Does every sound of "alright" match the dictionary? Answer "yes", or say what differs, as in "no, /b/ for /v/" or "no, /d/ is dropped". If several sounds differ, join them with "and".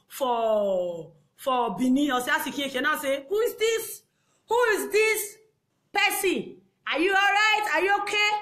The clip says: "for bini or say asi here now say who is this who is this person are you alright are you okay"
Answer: yes